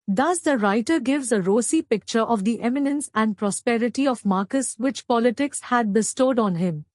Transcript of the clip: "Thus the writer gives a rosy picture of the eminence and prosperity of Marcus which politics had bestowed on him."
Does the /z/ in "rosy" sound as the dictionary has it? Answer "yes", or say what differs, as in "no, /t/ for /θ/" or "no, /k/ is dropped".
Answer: no, /s/ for /z/